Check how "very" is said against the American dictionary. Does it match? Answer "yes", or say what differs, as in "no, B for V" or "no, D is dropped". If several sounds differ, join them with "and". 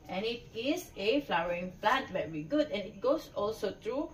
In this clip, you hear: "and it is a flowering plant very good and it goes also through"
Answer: no, B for V